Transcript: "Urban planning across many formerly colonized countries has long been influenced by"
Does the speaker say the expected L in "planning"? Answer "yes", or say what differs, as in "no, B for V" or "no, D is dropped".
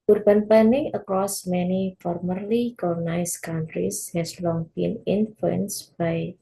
no, L is dropped